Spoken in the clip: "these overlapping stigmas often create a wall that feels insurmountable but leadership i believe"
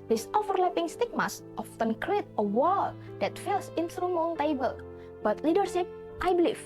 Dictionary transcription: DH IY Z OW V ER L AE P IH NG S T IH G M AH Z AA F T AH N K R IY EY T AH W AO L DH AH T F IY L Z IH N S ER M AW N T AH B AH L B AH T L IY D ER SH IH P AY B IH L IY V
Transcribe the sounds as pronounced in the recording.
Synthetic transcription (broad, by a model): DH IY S OW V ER L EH P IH NG S T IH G M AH S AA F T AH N K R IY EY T AH W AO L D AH T F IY L S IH N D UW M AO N T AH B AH L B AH T L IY D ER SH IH P AY B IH L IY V